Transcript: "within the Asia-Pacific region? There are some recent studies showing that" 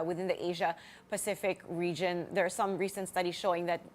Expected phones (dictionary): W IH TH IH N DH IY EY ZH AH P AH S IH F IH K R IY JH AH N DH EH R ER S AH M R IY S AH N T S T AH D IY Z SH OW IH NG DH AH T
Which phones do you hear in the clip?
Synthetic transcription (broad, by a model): W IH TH IH N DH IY EY ZH AH P AH S IH F IH K R IY JH AH N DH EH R S AH M R IY S AH N T S T AH D IY Z SH OW IH NG DH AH T